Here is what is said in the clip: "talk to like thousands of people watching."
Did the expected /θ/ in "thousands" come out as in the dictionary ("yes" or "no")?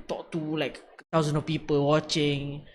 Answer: no